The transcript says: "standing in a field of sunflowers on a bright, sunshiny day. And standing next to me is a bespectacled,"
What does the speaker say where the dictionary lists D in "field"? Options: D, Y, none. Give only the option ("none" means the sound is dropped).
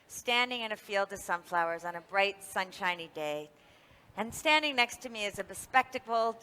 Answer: D